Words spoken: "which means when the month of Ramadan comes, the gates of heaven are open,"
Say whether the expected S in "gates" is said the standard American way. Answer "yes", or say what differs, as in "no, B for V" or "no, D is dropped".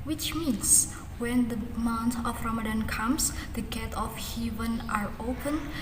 no, S is dropped